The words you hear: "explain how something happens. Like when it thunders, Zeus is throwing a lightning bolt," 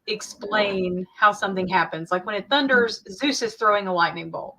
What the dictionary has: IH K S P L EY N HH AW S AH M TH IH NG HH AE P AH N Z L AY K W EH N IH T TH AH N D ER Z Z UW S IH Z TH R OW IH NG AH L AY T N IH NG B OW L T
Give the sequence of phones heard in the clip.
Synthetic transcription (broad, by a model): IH K S P L EY N HH AW S AH M TH IH NG HH AE P AH N Z L AY K W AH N IH T TH AH N D ER Z Z UW S IH Z TH R OW IH NG AH L AY T N IH NG B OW L